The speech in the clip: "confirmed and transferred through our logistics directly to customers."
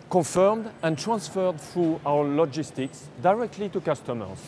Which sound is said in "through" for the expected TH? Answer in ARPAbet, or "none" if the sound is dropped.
F